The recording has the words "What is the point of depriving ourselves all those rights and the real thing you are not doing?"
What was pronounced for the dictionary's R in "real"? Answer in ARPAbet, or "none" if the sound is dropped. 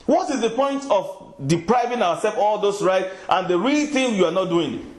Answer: R